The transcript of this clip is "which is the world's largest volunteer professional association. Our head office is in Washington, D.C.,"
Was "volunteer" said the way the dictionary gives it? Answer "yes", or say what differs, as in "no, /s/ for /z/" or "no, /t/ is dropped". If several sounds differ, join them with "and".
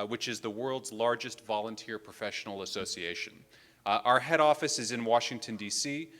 yes